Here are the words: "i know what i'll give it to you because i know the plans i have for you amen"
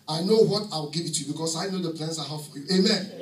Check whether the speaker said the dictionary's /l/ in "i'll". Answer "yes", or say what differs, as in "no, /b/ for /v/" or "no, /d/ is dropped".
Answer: no, /w/ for /l/